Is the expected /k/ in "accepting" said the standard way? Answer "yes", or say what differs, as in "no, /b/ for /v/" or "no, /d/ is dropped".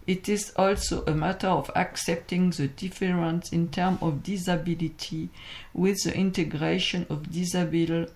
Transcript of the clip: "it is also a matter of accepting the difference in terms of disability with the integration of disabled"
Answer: yes